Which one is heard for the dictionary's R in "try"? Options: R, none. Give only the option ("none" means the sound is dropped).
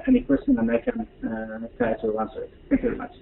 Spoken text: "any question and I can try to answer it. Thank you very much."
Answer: none